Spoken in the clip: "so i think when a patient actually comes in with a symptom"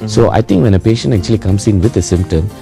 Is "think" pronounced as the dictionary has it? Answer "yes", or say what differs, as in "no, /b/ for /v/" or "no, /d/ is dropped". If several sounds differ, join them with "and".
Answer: no, /t/ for /θ/